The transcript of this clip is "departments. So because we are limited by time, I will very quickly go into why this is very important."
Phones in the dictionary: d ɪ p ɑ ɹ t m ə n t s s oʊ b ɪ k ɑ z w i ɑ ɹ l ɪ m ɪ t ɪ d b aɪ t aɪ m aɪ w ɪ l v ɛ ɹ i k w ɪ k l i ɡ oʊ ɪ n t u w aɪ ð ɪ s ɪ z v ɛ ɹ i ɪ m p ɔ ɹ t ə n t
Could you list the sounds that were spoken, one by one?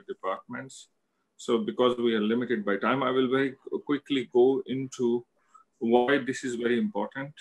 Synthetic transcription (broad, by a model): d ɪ p ɑ ɹ t m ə n t s s oʊ b ɪ k ɑ z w i ɑ ɹ l ɪ m ɪ t ɪ d b aɪ t aɪ m aɪ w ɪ l v ɛ ɹ i k w ɪ k l i ɡ oʊ ɪ n t u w aɪ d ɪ s ɪ z v ɛ ɹ i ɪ m p ɔ ɹ t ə n t